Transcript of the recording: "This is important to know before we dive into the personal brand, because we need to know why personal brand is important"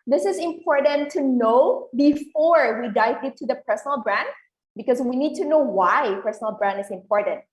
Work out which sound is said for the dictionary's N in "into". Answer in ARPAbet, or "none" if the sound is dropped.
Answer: none